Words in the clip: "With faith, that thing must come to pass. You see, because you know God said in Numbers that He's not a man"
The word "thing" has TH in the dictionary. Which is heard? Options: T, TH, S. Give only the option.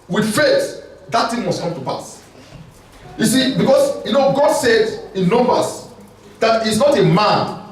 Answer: T